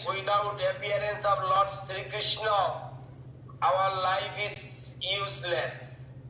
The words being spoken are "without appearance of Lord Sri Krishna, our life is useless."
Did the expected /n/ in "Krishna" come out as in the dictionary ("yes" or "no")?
yes